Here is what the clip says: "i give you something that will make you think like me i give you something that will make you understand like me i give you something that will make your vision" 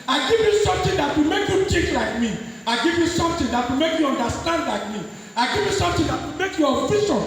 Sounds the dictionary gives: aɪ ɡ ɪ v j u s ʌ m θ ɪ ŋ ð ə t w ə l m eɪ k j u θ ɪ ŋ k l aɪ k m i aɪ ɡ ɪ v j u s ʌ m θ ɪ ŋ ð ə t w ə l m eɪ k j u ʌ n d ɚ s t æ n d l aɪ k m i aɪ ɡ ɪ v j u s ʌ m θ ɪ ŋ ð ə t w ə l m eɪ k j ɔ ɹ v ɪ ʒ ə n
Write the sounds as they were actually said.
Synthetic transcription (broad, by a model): aɪ ɡ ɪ v j u s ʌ m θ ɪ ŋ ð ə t w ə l m eɪ k j u t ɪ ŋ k l aɪ k m i aɪ ɡ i v j u s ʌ m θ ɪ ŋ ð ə t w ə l m eɪ k j u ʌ n d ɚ s t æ n d l aɪ k m i aɪ ɡ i v j u s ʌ m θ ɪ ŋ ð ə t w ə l m eɪ k j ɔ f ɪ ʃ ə n